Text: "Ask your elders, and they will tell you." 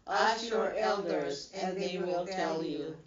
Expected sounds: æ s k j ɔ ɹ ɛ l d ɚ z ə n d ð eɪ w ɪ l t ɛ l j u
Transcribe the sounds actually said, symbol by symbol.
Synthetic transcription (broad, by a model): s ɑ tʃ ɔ ɹ ɛ l d ɚ z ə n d ð eɪ w ɪ l t ɛ l j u